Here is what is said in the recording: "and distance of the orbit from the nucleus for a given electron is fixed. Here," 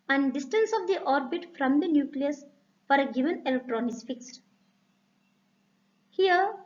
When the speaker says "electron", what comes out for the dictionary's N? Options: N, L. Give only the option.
N